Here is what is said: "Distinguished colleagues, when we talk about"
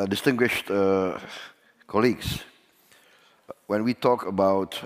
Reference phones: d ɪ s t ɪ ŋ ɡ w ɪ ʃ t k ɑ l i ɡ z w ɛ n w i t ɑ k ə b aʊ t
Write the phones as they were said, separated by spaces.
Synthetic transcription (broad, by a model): d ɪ s t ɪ ŋ ɡ w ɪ ʃ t k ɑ l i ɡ s w ɛ n w i t ɑ k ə b aʊ t